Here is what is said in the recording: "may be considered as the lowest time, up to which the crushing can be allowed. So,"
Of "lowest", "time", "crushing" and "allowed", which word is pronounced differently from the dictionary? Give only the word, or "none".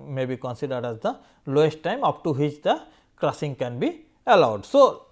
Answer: crushing